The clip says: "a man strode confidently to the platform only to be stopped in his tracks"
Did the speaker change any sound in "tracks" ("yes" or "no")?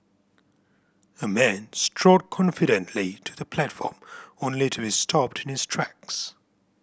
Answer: no